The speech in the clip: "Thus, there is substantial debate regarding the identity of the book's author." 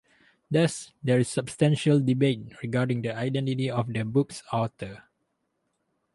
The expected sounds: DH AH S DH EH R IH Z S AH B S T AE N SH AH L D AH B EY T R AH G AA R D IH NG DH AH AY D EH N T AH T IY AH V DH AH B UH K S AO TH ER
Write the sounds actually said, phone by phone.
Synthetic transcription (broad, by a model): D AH S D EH R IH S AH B S T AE N SH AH L D AH B EY T R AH G AA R D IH NG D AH AY D EH N T AH T IY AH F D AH B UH K S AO T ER